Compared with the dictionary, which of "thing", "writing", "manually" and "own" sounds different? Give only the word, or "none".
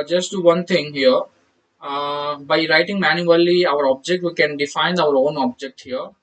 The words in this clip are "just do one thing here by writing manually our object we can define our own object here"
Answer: thing